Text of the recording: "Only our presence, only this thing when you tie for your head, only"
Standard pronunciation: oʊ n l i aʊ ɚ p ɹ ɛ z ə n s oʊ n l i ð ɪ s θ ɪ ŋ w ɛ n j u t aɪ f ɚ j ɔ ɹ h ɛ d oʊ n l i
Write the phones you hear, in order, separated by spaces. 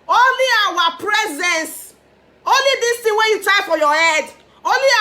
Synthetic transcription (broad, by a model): oʊ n l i aʊ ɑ p ɹ ɛ z ə n s oʊ n l i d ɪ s t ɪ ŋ w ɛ j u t aɪ f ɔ j ɔ h ɛ d oʊ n l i